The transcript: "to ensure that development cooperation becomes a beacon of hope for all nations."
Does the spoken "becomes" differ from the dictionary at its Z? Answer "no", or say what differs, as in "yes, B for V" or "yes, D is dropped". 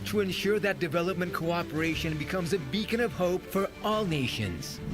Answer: no